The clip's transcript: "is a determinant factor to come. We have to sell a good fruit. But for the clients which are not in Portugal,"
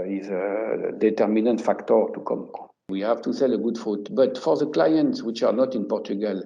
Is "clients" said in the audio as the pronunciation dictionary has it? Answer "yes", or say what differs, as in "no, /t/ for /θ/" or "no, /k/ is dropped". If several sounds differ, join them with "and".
yes